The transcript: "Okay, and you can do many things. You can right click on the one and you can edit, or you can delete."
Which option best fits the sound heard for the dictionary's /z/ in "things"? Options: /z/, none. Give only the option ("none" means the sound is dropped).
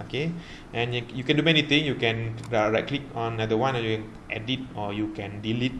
none